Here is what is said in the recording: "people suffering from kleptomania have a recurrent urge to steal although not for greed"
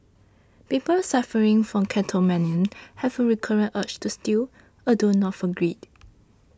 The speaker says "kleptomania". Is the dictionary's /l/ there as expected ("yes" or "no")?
no